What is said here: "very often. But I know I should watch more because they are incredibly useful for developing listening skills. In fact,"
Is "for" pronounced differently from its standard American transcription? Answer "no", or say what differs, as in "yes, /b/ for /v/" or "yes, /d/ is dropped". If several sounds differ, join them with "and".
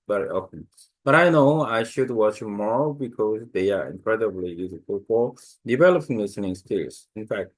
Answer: no